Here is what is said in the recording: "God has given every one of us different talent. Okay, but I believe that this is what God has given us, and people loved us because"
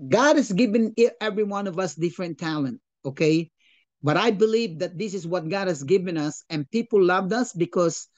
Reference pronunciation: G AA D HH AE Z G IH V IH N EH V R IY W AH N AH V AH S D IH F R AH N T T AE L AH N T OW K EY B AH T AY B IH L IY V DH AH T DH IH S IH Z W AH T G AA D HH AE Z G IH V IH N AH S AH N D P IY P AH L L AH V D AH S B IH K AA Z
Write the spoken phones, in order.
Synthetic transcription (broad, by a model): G AA D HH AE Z G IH V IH N EH V R IY W AH N AH V AH S D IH F R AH N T T AE L AH N T OW K EY B AH T AY B IH L IY V DH AH T DH IH S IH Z W AH T G AA D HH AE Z G IH V IH N AH S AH N P IY P L L AH V D AH S B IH K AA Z